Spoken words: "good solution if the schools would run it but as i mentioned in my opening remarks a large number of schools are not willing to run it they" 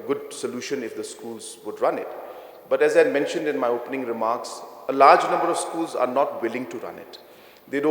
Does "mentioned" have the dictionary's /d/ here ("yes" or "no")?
yes